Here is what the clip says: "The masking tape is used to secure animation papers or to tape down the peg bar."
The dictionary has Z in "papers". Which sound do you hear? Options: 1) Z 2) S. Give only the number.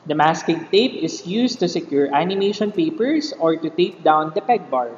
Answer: 2